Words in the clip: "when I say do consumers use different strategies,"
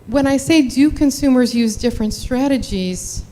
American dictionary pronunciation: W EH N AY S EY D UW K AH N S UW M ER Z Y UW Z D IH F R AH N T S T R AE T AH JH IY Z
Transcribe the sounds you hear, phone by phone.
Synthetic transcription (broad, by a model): W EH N AY S EY D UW K AH N S UW M ER Z Y UW Z D IH F R AH N T S T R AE T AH JH IY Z